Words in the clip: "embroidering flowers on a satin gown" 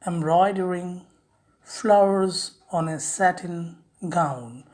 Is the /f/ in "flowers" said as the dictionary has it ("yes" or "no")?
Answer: yes